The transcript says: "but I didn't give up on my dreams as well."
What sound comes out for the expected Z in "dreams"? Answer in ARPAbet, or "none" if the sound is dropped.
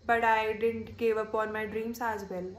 S